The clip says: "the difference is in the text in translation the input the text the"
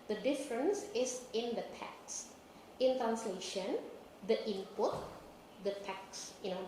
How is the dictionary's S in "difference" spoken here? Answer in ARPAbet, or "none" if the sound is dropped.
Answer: S